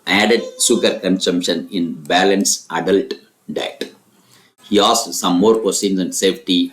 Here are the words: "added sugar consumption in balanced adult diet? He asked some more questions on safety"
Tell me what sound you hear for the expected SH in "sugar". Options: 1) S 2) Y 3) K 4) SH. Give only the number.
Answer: 1